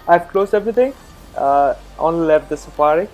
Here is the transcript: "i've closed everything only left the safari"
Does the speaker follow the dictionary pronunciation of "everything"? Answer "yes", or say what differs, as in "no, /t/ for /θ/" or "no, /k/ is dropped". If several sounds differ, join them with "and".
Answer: no, /t/ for /θ/